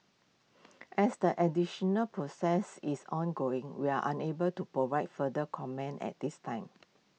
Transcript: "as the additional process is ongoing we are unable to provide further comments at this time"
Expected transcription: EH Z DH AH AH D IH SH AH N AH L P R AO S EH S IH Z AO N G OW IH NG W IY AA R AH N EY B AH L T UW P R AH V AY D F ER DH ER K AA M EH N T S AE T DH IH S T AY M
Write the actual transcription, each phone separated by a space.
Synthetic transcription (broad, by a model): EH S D AH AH D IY SH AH N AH L P R AO S EH S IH S AO N G OW IH NG W IY AA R AH N EY B AH L T UW P R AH V AY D F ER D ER K AA M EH N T EH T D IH S T AY M